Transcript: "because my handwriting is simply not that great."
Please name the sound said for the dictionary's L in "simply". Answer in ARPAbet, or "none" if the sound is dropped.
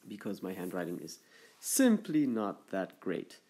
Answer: L